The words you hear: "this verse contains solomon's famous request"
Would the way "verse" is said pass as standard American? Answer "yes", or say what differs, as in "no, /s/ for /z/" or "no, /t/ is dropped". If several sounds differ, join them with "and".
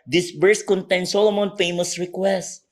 no, /b/ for /v/